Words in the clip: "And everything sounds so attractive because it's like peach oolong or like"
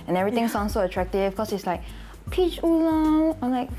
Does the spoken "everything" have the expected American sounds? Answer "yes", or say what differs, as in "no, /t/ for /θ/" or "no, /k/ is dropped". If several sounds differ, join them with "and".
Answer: no, /t/ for /θ/